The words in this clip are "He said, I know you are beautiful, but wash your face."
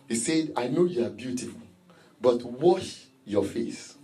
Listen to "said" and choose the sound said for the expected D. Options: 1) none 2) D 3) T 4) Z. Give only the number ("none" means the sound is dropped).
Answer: 2